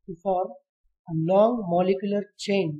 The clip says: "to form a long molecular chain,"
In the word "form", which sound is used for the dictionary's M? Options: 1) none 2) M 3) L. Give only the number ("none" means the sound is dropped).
1